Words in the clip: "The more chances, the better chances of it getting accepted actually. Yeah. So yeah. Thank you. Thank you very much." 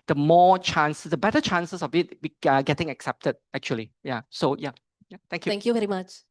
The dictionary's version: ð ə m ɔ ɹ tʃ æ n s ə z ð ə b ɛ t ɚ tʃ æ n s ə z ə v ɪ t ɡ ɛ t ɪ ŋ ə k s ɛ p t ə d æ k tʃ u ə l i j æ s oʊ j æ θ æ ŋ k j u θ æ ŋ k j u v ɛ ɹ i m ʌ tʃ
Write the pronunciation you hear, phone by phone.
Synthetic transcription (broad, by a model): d ə m ɔ tʃ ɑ n s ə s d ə b ɛ t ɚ tʃ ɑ n s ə s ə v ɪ t ɡ ɛ t ɪ ŋ ə k s ɛ p t ə d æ k tʃ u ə l i j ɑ s oʊ j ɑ t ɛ ŋ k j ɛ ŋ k j u v ɛ ɹ i m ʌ tʃ